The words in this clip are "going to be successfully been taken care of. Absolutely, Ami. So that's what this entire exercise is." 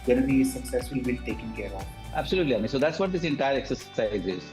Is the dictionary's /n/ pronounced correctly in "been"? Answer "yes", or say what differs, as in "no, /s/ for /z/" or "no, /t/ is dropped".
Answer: no, /l/ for /n/